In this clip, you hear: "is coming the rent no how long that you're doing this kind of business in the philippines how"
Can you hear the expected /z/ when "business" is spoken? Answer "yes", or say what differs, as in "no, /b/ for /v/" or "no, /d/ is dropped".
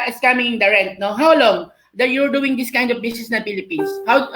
no, /s/ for /z/